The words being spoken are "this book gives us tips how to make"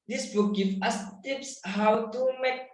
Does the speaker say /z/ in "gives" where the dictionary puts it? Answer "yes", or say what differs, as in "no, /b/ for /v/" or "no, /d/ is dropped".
no, /z/ is dropped